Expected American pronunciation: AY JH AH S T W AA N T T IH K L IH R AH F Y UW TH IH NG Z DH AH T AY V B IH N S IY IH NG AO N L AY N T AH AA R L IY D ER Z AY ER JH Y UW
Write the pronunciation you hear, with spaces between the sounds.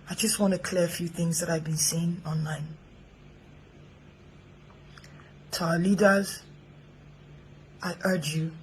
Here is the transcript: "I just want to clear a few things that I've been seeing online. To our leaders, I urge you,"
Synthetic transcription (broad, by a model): AY JH AH S T W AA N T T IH K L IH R AH F Y UW TH IH NG Z DH AH T AY V B IH N S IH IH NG AO N L AY N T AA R L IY D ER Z AY ER JH Y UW